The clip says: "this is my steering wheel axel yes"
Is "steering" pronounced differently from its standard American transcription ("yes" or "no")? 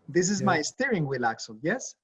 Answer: no